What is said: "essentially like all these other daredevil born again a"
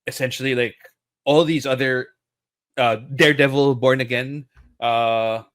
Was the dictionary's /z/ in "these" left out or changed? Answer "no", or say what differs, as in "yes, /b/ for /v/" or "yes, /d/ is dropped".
no